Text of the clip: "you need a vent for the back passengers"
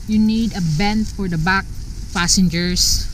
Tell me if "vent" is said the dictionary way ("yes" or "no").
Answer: no